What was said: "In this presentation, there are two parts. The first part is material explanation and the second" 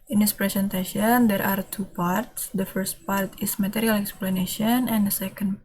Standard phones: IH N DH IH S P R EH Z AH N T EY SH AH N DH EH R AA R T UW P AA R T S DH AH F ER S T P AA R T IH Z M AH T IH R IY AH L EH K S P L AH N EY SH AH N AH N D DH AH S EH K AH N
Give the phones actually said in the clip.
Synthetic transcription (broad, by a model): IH N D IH S P R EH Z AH N T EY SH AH N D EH R AA R T UW P AA R T S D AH F ER S T P AA R T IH S M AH T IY R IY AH L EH K S P L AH N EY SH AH N AH N D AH S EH K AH N